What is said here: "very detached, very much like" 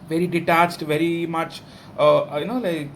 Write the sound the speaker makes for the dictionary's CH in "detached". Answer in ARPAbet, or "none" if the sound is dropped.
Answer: CH